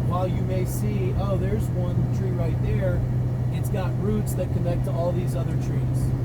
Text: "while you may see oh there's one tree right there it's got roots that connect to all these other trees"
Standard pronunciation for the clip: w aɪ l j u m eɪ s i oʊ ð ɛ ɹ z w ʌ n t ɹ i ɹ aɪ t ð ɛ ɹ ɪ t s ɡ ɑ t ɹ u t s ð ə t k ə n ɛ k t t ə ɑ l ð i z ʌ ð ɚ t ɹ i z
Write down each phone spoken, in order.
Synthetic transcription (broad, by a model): w aɪ l j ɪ m eɪ s i oʊ ð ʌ ɹ z w ʌ n t ɹ i ɹ aɪ t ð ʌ ɹ ɪ t s ɡ ɑ t ɹ u t s ð ə t k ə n ɛ k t t ə ɑ l ð i z ʌ ð ɚ t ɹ i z